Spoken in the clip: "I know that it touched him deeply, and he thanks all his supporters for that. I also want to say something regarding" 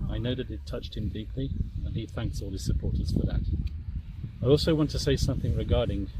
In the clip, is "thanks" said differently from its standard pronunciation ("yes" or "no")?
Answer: no